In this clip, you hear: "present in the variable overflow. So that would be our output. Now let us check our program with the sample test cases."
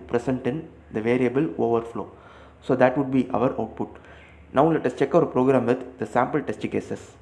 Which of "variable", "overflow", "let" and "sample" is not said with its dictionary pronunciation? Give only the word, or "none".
none